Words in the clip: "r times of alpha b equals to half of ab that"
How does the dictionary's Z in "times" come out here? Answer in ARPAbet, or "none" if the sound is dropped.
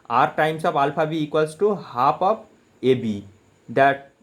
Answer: S